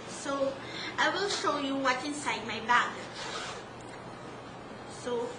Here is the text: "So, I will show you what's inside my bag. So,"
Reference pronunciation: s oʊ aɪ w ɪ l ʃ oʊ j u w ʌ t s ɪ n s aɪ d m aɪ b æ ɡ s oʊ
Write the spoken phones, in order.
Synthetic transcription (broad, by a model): s oʊ aɪ w ɪ l ʃ oʊ j u w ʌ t ɪ n s aɪ d m aɪ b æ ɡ s oʊ